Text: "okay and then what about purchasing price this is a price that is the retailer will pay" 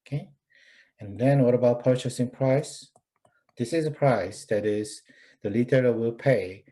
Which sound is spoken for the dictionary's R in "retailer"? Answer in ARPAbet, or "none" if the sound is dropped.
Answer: L